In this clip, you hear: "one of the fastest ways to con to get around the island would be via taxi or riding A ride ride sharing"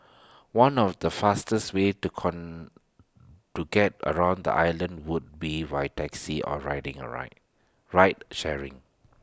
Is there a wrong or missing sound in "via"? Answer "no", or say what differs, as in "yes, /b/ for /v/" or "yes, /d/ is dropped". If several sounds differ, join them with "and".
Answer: yes, /w/ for /v/